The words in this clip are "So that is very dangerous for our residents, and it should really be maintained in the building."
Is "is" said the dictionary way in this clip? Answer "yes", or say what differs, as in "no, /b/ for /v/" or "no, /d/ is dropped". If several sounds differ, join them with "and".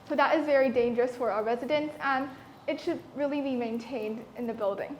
yes